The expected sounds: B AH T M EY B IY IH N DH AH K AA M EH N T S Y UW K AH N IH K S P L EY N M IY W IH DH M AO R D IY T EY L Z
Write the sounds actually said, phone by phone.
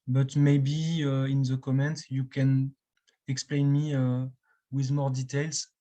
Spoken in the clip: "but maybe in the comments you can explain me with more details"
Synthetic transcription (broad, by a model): B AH T M EY B IY IH N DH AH K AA M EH N T Y UW K AH N IH K S P L EY N M IY W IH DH M AO R D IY T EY L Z